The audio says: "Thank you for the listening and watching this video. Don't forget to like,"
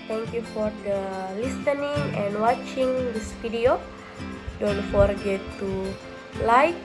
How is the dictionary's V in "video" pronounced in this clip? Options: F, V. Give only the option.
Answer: F